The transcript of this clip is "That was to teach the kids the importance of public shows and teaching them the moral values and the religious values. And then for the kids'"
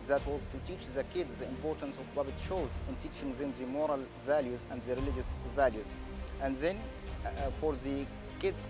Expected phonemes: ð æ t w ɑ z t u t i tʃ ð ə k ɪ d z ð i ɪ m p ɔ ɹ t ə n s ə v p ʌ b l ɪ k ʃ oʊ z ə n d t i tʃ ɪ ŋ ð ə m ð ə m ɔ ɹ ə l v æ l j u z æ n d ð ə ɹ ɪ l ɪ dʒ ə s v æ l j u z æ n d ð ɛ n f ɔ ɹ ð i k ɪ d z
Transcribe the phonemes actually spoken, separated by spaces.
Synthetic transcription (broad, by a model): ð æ t w ɑ z t u t i tʃ ð ə k ɪ d z ð i ɪ m p ɔ ɹ t ə n s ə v b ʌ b ɪ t ʃ oʊ z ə n t i tʃ ɪ ŋ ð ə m ð ə m ɔ ɹ ə l v æ l j u z æ n d ð ə ɹ ɪ l ɪ dʒ ə s v æ l j u z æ n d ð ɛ n f ɔ ɹ ð i k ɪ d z